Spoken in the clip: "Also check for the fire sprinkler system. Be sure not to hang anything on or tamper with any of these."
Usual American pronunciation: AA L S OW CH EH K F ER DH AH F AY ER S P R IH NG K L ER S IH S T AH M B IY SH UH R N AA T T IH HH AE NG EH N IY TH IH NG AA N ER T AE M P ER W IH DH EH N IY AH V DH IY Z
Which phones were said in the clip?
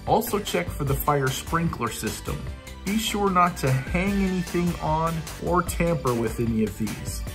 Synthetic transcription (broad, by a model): AA L S OW CH EH K F ER DH AH F AY ER S P R IH NG K L ER S IH S T AH M B IY SH UH R N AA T T IH HH AE NG EH N IY TH IH NG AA N ER T AE M P ER W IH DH EH N IY AH V DH IY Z